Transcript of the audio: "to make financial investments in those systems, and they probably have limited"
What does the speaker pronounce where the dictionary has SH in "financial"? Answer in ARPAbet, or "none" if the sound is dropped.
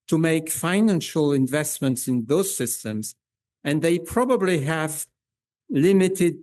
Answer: SH